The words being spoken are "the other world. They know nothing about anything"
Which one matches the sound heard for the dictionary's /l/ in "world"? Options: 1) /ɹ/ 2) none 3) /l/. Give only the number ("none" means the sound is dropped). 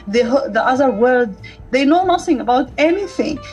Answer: 2